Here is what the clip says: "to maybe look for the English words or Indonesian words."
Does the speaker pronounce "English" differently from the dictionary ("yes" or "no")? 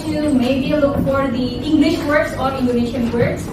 no